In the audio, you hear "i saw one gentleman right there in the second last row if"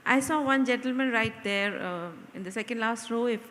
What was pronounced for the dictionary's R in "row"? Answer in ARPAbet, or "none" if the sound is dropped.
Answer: R